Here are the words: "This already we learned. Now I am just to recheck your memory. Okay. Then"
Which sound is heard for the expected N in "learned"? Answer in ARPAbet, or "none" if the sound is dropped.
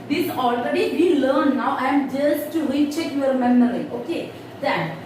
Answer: none